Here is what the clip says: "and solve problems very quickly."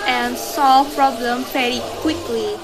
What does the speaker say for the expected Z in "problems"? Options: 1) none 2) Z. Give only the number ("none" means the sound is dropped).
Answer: 1